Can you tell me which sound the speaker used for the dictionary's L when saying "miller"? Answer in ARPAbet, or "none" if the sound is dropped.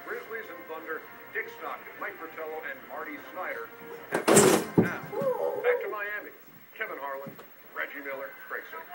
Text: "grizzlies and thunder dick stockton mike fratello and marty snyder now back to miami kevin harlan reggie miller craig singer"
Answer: L